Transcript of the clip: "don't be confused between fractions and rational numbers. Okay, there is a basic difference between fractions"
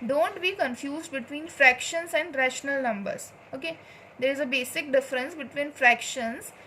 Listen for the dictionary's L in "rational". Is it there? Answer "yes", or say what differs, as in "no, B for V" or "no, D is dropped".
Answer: yes